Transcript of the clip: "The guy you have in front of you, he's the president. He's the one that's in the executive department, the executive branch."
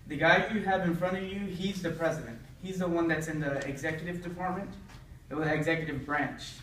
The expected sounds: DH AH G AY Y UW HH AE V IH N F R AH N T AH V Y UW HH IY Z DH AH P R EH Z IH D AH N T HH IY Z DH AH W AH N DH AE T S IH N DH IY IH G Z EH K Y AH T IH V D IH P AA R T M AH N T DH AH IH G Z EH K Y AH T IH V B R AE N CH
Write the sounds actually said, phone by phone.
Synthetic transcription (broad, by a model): DH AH G AY Y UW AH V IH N F R AH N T AH V Y UW IY Z DH AH P R EH Z IH D AH N T HH IY Z DH AH W AH N DH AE T S IH N DH IY IH G Z EH K Y AH T IH V D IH P AA R T M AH N T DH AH IH G Z EH K Y AH T IH V B R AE N CH